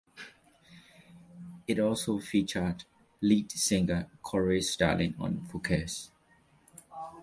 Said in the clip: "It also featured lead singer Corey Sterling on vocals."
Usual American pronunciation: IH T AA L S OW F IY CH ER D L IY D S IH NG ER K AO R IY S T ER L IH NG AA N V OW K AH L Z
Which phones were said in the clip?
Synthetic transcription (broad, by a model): IH T AA L S OW F IY CH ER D L IY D S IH NG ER K AO R IY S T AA L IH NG AA N F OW K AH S